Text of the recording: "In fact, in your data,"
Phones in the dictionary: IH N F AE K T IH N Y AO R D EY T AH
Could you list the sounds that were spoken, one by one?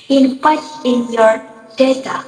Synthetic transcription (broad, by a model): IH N P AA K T IH N Y AO R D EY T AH